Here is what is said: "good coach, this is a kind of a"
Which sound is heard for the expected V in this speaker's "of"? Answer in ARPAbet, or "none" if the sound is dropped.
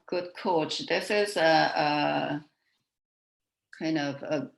V